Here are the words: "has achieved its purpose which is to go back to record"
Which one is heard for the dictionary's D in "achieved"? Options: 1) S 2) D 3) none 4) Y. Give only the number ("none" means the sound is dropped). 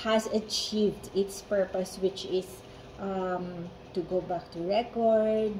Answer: 2